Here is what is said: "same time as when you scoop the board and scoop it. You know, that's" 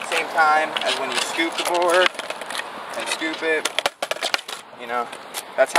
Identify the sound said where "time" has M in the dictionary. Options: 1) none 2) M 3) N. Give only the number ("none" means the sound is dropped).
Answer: 2